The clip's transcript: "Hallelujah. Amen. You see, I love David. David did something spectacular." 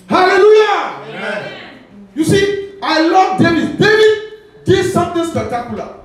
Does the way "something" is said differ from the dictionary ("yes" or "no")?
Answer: yes